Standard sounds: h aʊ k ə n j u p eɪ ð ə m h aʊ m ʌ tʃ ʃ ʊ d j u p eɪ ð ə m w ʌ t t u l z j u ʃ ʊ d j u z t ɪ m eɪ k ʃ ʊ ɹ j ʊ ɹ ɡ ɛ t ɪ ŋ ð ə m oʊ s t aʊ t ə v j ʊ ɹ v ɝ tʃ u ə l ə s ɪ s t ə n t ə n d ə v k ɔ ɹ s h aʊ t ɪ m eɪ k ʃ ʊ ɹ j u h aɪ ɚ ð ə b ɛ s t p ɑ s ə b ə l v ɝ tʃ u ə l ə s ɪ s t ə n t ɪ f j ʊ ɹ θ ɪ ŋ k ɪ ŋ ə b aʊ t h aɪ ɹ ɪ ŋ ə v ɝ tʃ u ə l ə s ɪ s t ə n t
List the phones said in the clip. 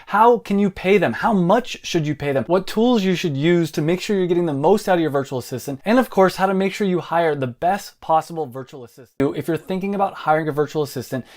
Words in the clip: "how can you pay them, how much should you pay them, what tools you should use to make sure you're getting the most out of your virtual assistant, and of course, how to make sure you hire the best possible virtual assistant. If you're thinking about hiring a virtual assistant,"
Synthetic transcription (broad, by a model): h aʊ k ə n j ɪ p eɪ ð ə m h aʊ m ʌ tʃ ʃ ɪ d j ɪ p eɪ ð ə m w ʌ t t u l z j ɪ ʃ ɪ d j u z t ɪ m eɪ k ʃ ʊ ɹ j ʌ ɹ ɡ ɛ t ɪ ŋ ð ə m oʊ s t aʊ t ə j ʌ ɹ v ɝ tʃ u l ə s ɪ s t ə n t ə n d ə v k ɔ ɹ s h aʊ t ɪ m eɪ k ʃ ʊ ɹ j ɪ h aɪ ɚ ð ə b ɛ s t p ɑ s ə b l v ɝ tʃ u l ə s ɪ s t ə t ɪ f j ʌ ɹ θ ɪ ŋ k ɪ ŋ ə b aʊ t h aɪ ɹ ɪ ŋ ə v ɝ tʃ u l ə s ɪ s t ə n t